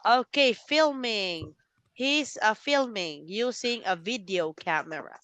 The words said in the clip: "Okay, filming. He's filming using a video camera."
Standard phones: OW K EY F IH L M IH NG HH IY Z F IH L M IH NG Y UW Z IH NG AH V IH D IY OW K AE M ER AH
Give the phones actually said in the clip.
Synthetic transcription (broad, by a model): OW K EY F IH L M IH NG HH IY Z F IH L M IH NG Y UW S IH NG AH V IH D IY OW K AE M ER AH